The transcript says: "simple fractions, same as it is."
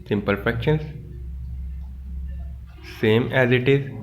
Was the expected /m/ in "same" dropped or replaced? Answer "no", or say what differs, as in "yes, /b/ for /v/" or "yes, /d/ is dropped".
no